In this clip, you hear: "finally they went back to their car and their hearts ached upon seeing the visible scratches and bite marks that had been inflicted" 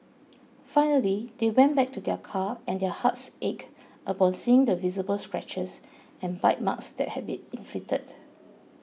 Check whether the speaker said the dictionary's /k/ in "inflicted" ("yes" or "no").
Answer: no